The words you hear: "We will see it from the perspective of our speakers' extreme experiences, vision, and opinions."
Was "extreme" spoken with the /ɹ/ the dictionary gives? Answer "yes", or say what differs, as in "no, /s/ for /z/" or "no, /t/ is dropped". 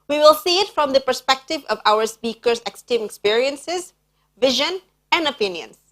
no, /ɹ/ is dropped